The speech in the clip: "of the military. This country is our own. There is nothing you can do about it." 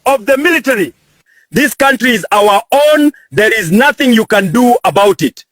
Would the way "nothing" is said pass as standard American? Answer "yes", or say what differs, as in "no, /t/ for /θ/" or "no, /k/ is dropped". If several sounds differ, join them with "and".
yes